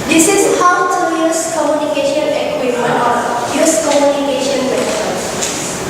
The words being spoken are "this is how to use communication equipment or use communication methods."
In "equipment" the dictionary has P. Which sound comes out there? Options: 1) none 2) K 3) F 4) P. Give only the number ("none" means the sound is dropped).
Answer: 1